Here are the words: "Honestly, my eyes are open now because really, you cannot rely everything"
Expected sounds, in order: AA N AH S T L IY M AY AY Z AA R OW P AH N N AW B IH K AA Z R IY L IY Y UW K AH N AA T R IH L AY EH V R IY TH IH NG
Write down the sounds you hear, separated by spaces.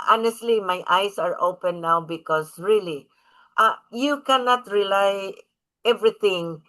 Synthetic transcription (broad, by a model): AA N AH S T L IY M AY AY S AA R OW P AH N N AW B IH K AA S R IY L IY Y UW K AH N AA T R IH L AY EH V R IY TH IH NG